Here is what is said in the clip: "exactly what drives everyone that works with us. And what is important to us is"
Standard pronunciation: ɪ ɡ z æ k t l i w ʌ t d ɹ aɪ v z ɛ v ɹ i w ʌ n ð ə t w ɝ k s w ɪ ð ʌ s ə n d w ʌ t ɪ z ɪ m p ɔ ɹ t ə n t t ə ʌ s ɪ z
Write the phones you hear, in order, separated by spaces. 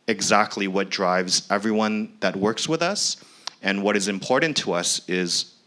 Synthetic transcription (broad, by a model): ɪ ɡ z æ k t l i w ʌ t d ɹ aɪ v z ɛ v ɹ i w ʌ n ð ə t w ɝ k s w ɪ ð ʌ s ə n w ʌ t ɪ z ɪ m p ɔ ɹ t n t t ə ʌ s ɪ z